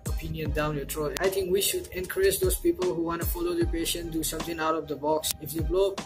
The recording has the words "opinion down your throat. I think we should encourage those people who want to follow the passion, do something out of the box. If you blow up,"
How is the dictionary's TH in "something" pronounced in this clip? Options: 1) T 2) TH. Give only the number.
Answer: 1